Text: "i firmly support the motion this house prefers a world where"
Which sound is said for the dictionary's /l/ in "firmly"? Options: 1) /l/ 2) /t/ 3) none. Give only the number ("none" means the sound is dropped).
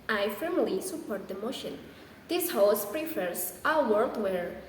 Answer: 1